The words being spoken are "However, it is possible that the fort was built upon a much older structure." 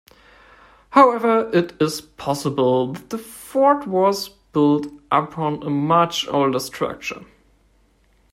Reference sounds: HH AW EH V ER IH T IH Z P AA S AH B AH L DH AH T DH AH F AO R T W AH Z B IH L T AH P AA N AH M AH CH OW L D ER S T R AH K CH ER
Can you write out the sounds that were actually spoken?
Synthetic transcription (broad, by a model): HH AW EH V ER IH T IH Z P AA S AH B AH L DH AH T DH AH F AO R T W AH Z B IH L T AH P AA N AH M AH CH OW L D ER S T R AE K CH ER